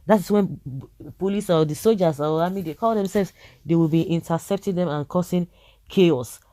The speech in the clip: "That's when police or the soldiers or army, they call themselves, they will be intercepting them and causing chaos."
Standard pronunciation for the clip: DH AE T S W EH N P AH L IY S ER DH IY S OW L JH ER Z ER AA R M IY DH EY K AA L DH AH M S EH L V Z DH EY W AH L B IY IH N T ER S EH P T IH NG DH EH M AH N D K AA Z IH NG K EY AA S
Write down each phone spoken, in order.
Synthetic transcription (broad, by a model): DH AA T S W EH N P AH L IY S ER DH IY S OW L JH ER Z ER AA M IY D EY K AA L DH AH M S EH L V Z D EY W AH L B IY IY N T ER S EH P T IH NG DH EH M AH N K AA S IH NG K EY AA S